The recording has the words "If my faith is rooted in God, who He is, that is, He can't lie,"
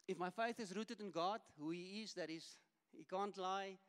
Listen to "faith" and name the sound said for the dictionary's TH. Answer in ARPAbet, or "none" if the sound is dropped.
TH